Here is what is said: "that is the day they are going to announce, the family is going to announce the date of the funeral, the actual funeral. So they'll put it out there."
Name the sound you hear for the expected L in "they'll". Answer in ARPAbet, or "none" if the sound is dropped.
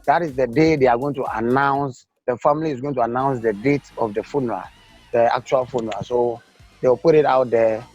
W